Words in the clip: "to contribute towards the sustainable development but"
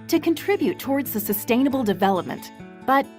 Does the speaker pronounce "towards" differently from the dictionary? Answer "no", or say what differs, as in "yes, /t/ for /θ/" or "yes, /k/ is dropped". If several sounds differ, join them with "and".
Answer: no